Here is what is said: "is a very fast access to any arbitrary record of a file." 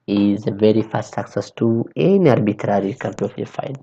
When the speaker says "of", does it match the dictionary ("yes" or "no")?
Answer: no